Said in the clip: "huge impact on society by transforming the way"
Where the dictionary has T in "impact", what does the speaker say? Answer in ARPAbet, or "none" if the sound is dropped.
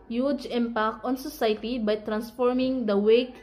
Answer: none